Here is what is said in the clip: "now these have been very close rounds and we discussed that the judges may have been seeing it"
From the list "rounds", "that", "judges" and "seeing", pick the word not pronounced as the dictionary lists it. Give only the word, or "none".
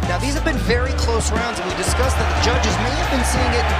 none